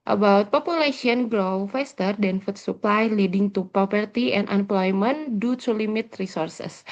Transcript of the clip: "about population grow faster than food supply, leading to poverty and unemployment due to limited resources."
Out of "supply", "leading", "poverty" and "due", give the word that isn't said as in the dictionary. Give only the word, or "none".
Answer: poverty